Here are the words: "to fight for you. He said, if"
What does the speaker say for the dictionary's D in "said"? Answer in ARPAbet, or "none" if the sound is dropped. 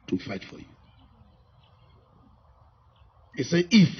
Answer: none